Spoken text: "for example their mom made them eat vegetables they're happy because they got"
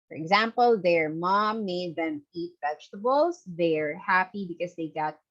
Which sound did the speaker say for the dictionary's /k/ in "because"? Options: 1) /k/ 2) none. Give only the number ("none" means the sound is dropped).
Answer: 1